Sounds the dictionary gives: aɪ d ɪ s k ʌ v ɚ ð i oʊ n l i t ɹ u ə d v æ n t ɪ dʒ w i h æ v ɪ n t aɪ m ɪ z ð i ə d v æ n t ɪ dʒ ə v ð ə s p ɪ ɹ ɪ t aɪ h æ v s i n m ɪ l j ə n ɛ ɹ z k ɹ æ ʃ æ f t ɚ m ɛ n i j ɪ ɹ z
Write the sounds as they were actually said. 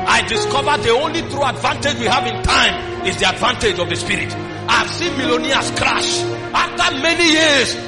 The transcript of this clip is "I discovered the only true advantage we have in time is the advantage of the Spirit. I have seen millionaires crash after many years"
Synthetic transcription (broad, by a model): aɪ d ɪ s k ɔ v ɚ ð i oʊ n l i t ɹ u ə d v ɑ n t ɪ dʒ w i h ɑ v ɪ n t aɪ m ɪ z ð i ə d v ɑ n t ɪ dʒ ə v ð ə s p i ɹ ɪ t aɪ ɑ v s i n m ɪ l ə n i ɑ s k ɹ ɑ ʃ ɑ f t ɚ m ɛ n i j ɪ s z